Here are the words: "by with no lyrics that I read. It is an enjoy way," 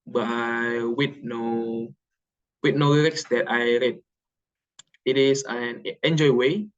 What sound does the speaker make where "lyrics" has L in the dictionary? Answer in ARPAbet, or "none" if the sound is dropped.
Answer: N